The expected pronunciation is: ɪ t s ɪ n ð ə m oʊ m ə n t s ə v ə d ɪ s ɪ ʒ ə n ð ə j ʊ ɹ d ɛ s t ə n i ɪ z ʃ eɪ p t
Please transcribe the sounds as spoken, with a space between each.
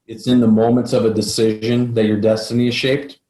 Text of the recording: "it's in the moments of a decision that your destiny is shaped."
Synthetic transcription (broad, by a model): ɪ t s ɪ n ð ə m oʊ m ə n t s ə v ə d ɪ s ɪ ʒ ə n ð ə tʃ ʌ ɹ d ɛ s t ə n i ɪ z ʃ eɪ p t